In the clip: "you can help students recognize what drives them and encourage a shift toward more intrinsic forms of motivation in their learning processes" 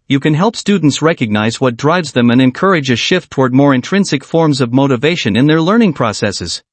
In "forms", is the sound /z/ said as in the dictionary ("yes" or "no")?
yes